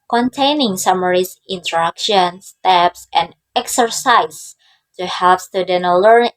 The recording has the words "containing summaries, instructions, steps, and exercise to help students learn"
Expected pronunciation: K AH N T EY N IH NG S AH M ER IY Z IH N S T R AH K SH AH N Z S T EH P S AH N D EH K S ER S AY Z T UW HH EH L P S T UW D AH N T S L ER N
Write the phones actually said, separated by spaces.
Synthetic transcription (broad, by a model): K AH N T EY N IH NG S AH M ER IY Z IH N T R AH K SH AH N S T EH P S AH N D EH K S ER S AY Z T UW HH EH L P S T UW D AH N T L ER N